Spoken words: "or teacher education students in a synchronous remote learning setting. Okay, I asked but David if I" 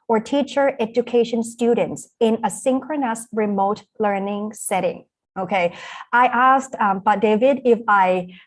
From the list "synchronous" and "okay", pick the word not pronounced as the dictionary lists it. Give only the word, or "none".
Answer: none